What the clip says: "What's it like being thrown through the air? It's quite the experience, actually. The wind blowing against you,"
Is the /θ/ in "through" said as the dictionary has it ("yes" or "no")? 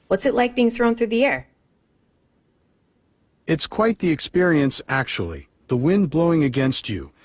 yes